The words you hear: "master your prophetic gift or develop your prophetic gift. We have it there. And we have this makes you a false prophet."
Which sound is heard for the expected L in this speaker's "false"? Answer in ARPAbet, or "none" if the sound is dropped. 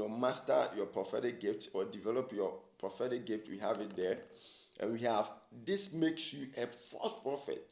none